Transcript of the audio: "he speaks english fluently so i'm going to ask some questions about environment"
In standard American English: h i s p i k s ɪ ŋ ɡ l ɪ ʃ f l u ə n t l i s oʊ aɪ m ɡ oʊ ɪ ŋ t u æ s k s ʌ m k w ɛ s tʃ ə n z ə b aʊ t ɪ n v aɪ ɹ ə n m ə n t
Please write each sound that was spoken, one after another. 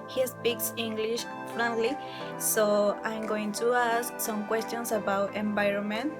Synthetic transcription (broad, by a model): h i s p i k s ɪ ŋ ɡ l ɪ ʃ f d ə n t l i s oʊ aɪ m ɡ oʊ ɪ ŋ t u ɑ s k s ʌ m k w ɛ s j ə n s ə b aʊ t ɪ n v aɪ ɹ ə n m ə n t